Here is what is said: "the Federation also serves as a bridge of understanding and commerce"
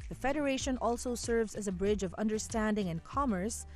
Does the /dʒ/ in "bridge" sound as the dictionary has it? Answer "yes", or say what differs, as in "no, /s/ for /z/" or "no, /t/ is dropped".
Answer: yes